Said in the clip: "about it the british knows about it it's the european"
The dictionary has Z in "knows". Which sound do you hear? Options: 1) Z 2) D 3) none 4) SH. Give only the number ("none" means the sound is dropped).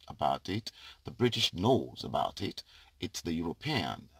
1